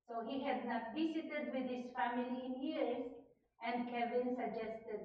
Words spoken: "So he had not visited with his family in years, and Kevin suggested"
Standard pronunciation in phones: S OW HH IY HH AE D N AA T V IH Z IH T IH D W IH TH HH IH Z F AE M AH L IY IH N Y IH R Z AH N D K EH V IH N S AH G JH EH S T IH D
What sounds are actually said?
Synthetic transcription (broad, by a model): S OW HH IY HH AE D N AA T B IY S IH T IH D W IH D HH IH Z F AE M AH L IY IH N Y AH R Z AH N D K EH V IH N S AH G JH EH S T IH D